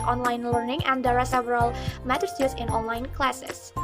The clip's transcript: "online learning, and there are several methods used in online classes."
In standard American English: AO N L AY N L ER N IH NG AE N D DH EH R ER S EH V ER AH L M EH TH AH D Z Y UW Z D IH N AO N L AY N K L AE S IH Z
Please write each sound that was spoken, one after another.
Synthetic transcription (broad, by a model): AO N L AY N L ER N IH NG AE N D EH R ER S EH V ER AH L M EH T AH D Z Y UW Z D IH N AO N L AY N K L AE S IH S